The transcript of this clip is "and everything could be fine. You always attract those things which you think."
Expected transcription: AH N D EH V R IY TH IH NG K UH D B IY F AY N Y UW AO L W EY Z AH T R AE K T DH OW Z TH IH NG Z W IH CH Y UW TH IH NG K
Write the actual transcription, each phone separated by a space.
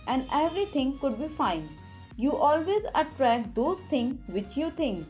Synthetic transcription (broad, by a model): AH N D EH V R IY T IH NG K UH D B IY F AY N Y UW AO L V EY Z AH T R AE K T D OW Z T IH NG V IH CH Y UW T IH NG K